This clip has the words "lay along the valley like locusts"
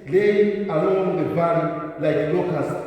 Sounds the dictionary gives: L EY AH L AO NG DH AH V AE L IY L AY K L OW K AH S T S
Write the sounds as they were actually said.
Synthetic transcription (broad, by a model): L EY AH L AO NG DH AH P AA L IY L AY K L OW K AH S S